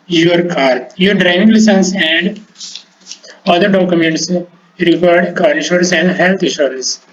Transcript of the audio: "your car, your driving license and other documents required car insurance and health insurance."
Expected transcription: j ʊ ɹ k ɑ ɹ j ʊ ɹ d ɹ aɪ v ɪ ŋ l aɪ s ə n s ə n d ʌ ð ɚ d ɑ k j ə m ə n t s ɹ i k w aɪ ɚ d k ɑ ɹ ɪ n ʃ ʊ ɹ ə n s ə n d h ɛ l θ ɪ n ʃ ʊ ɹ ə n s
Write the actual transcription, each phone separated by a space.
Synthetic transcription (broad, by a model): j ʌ ɹ k ɑ ɹ j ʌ ɹ d ɹ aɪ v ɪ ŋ l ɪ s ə n s ə n d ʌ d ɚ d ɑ k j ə m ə n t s ɹ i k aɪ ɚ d k ɑ ɹ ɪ ʃ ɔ ɹ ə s ə n d h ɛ l t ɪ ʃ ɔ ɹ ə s